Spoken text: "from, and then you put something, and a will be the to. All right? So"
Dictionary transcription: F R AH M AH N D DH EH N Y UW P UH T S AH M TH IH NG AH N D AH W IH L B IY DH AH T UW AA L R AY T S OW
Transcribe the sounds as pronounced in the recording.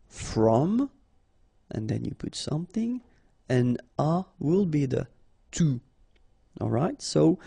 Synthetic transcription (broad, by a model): F R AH M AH N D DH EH N Y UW P UH T S AH M TH IH NG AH N AH W IH L B IY DH AH T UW AA L R AY T S OW